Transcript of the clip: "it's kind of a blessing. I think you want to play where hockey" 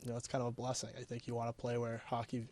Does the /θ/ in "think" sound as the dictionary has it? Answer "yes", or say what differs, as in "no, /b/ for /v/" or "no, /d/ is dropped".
yes